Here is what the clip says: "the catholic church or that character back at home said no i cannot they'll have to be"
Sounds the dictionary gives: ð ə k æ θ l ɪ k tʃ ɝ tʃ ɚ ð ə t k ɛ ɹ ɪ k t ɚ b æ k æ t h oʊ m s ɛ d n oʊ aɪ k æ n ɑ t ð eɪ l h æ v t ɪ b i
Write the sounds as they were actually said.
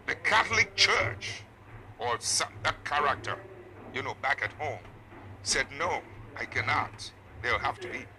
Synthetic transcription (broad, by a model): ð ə k æ θ l ɪ k tʃ ɝ tʃ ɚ ð ə t k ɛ ɹ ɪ k t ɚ b æ k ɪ t h oʊ m s ɛ d n oʊ aɪ k æ n ɑ t ð eɪ l h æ f t ɪ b i